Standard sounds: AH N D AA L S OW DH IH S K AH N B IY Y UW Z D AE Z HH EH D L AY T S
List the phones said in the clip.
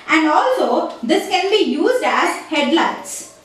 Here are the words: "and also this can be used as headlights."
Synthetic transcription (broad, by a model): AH N D AA L S OW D IH S K AH N B IY Y UW Z D AE Z HH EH D L AY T S